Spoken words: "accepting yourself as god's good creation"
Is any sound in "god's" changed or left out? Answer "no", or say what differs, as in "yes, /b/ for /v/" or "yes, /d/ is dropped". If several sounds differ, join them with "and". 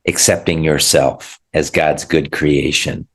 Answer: no